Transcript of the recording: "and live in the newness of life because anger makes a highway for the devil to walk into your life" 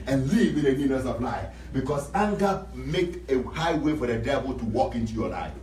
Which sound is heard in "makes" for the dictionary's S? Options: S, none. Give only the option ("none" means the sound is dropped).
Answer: none